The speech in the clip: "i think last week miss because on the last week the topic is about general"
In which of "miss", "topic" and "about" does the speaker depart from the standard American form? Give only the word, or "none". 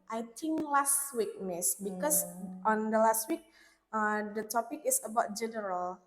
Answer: none